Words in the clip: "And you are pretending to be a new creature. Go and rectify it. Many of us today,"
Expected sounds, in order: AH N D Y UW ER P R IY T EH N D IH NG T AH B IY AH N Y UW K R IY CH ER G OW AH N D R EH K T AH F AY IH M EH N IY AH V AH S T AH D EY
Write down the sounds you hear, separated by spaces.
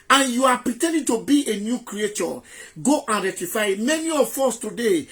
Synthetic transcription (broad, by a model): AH N Y UW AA P R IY T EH N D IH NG T AH B IY AH N Y UW K R IY CH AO G OW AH N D R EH T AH F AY IH M EH N IY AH F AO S T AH D EY